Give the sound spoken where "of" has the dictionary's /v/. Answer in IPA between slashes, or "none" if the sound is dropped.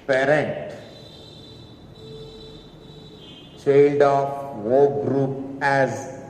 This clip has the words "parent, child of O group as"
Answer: /w/